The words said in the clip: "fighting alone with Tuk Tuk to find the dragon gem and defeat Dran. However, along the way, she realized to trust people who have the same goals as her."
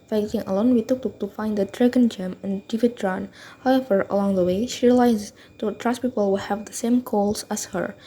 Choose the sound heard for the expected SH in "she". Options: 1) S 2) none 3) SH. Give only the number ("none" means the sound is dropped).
3